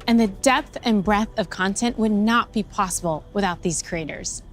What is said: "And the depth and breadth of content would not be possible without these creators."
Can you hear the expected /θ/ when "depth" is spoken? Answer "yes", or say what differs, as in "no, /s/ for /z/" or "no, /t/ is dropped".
yes